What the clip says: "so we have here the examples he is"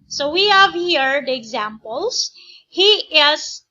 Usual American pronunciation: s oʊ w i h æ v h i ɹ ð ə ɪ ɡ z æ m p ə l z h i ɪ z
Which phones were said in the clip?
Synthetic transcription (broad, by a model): s oʊ w i h æ v h i ɹ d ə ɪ ɡ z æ m p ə l s h i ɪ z